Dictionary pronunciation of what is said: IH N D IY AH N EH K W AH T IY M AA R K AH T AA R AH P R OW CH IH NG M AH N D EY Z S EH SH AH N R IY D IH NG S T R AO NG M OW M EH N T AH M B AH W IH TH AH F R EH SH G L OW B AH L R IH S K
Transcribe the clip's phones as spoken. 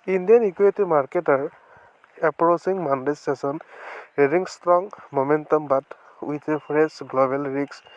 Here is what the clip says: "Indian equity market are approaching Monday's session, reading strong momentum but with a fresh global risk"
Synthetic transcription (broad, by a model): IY N D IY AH N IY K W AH T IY M AA R K AH T AA R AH P R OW S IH NG M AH N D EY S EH S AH N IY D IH NG S T R AO NG M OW M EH N T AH M B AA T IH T AH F R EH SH G L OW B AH L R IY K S